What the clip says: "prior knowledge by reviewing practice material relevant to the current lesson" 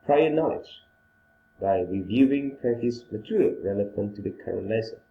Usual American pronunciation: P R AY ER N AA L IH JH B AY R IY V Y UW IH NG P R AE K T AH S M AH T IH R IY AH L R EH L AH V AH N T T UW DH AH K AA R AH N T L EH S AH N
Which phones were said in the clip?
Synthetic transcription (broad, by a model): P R AY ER N AA L IH JH B AY R IY V Y UW IH NG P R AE T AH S M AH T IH R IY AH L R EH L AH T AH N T T UW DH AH K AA R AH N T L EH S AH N